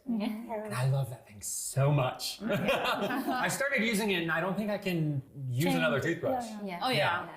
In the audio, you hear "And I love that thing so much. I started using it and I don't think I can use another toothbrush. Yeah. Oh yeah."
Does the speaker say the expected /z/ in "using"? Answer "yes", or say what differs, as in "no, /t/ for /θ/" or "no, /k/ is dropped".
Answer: yes